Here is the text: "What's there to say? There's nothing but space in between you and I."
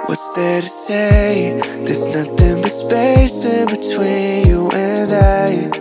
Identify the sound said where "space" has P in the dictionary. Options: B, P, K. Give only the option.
B